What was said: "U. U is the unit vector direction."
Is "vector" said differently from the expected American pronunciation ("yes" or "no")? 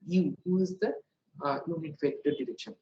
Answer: yes